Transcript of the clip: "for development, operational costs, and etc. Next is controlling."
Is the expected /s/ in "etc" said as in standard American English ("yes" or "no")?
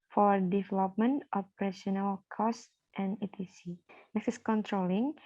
no